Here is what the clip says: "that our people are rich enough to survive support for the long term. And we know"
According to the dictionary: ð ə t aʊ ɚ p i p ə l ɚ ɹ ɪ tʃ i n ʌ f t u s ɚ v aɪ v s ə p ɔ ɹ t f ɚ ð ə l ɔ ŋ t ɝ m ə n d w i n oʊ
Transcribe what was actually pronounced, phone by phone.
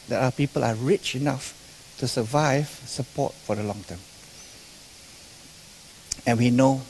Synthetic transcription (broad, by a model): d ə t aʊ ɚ p i p ə l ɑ ɹ ɪ tʃ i n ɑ f t u s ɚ v aɪ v s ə p ɔ t f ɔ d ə l ɔ ŋ t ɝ m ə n w i n oʊ